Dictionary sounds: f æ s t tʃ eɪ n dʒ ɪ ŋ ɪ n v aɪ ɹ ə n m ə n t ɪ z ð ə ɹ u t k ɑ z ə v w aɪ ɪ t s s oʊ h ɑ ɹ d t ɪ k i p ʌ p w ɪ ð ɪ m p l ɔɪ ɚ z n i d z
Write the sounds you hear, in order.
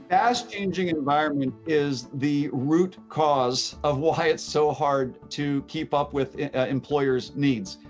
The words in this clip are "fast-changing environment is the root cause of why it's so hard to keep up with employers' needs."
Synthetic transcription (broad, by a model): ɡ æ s tʃ eɪ n dʒ ɪ ŋ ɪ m v aɪ ɹ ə n m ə n t ɪ z ð ə ɹ u t k ɑ z ə v w aɪ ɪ t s s oʊ h ɑ ɹ d t ɪ k i p ʌ p w ɪ ð ɪ m p l ɔɪ ɚ z n i d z